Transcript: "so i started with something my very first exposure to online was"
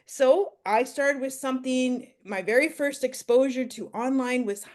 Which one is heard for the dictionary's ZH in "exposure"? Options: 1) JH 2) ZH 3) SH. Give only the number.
2